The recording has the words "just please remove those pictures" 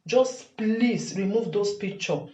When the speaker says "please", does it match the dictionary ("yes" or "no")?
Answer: no